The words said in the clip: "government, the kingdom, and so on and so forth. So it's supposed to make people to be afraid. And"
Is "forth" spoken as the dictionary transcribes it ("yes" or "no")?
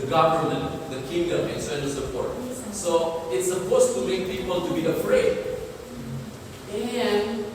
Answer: no